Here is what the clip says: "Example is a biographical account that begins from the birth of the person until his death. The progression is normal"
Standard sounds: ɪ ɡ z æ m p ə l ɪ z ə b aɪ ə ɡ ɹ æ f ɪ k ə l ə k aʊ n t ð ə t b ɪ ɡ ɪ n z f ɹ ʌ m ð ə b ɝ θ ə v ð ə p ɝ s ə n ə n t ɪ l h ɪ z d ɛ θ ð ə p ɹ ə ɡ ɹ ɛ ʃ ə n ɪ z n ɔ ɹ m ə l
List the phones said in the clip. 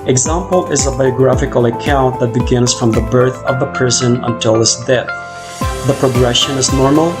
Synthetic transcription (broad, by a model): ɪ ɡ z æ m p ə l ɪ z ə b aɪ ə ɡ ɹ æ f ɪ k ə l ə k aʊ n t ð ə t b ɪ ɡ ɪ n z f ɹ ʌ m ð ə b ɝ θ ə v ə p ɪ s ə n ə n t ɪ l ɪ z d ɛ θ ð ə p ɹ ə ɡ ɹ ɛ ʃ ə n ɪ z n ɔ ɹ m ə l